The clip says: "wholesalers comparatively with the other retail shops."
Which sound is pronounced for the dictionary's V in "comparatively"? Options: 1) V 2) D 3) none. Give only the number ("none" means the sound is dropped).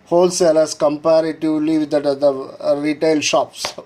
3